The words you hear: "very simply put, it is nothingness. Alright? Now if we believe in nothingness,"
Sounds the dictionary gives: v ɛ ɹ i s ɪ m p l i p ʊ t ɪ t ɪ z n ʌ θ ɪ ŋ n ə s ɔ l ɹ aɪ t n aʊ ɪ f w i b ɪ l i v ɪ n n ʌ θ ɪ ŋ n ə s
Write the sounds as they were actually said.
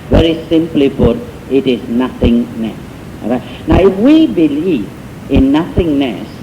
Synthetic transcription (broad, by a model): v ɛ ɹ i s ɪ m p l i b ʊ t ɪ t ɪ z n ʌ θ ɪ ŋ n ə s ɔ ɹ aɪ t n aʊ ɪ f w i b ɪ l i v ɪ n n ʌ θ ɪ ŋ n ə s